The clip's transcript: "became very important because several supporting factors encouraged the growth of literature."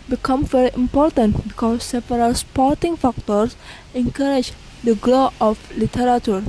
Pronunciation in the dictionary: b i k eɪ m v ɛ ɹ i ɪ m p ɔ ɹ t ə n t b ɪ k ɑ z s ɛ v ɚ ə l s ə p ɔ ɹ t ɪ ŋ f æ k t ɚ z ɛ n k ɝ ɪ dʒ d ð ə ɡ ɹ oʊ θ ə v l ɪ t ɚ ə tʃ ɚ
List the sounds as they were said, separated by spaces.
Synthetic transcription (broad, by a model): b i k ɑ m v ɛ ɹ i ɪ m p ɔ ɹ t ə n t b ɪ k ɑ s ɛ p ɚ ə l s p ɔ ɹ t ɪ ŋ f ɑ k t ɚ s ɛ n k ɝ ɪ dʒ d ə ɡ l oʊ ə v l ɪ t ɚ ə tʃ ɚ